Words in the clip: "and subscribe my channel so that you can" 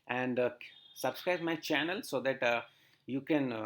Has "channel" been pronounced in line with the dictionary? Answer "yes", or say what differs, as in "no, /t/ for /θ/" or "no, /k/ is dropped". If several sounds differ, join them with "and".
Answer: yes